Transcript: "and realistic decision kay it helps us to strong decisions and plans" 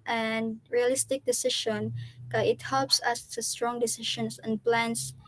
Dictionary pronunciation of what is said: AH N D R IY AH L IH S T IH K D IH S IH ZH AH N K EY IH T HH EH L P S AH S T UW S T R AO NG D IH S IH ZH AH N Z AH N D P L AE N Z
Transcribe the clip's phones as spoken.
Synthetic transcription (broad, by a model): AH N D R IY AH L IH S T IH K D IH S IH SH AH N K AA IH T HH EH L P S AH S T UW S T R AO NG D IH S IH SH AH N S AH N P L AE N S